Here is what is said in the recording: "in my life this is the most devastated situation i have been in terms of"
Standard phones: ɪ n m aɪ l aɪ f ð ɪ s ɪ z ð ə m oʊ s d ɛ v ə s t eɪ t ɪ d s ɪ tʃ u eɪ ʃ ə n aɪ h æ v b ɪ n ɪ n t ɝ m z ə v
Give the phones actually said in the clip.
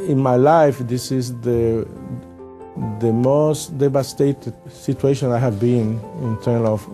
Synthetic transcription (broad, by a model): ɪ n m aɪ l aɪ f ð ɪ s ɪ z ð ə m oʊ s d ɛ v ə s t eɪ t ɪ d s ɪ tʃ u eɪ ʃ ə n aɪ h æ v b ɪ n ɪ n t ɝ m ə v